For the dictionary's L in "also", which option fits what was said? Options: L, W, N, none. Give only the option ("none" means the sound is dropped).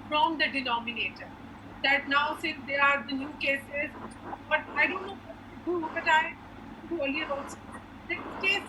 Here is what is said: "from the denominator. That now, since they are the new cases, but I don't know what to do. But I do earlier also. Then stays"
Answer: none